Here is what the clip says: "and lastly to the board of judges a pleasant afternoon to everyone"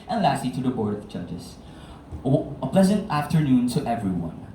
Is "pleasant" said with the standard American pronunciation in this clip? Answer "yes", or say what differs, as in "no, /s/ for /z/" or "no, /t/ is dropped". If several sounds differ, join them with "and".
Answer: yes